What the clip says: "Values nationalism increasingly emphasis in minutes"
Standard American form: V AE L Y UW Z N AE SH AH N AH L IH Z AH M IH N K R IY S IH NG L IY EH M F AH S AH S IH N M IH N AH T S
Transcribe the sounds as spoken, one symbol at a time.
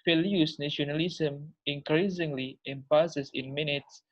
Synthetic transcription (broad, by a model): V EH L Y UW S N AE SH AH N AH L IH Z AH M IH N K R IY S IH NG L IY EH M P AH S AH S IH N M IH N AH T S